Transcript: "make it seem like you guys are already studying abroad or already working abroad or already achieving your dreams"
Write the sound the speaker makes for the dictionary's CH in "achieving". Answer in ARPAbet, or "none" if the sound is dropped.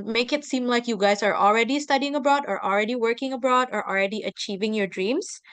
CH